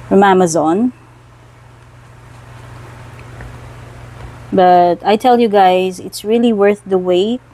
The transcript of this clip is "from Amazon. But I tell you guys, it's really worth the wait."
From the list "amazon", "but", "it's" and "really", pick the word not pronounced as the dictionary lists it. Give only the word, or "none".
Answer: none